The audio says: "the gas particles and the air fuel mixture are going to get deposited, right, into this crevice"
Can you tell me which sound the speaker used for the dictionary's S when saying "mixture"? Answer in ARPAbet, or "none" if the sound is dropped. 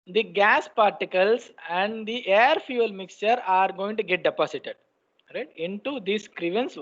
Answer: S